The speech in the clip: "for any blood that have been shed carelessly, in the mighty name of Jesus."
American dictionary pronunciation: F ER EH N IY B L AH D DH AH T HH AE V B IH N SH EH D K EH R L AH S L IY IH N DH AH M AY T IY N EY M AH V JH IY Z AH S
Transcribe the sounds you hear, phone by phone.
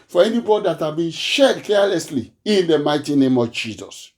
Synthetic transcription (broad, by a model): F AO EH N IY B AO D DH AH T HH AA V B IH N SH EH D K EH L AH S L IY IH N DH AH M AY T IY N EY M AH V JH IY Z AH S